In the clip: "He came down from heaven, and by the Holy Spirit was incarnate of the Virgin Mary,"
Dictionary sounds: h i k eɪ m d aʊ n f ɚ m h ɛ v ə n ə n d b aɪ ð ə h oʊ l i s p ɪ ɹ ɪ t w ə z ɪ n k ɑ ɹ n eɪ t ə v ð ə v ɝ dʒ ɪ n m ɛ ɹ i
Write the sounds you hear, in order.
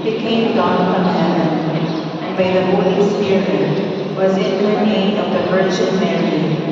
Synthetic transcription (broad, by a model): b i k eɪ m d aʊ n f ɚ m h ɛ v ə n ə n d b aɪ ð ə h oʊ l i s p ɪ ɹ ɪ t w ə z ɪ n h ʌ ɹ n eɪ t ə v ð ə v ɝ tʃ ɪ l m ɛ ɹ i